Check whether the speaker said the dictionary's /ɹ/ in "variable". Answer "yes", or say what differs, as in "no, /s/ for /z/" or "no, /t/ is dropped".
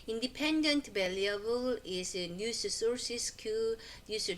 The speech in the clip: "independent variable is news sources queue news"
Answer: no, /l/ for /ɹ/